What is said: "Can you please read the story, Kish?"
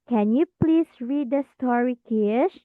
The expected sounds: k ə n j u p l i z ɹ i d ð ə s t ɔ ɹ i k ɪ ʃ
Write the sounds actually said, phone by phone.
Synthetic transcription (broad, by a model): k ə n j u p l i s ɹ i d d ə s t ɔ ɹ i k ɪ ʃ